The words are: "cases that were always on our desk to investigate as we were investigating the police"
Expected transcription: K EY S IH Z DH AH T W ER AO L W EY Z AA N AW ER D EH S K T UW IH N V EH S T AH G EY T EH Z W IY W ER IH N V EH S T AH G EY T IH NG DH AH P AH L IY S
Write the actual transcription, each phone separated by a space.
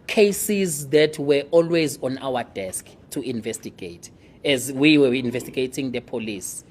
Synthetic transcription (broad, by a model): K EY S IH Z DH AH T W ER AO L W EY Z AA N AW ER D EH S K T UW IH N V EH S T AH G EY T EH Z W IY W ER IH N V EH S T AH G EY T IH NG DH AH P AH L IY S